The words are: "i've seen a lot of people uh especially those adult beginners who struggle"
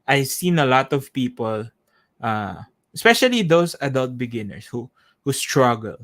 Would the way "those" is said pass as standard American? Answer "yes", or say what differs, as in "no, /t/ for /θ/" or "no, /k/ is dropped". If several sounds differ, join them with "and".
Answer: no, /s/ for /z/